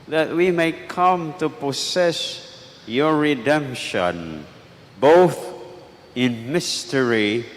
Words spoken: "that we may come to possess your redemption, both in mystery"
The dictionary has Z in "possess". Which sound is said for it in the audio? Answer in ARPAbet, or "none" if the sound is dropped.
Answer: S